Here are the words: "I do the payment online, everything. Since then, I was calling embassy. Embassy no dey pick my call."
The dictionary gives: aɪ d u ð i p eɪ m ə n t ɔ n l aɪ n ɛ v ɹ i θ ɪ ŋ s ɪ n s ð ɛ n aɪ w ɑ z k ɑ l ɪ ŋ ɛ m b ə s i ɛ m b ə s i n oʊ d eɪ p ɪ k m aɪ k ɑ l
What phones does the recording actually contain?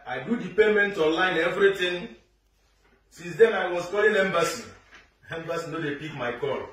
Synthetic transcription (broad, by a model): aɪ d u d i p eɪ m ə n t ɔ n l aɪ n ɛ v ɹ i t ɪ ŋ s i n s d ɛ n aɪ w ɑ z k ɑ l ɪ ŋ ɛ m b ə s i ɛ m b ə s i n oʊ d eɪ p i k m aɪ k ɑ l